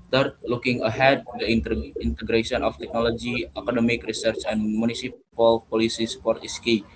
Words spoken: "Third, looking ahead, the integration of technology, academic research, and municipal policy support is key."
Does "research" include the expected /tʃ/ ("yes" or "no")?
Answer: yes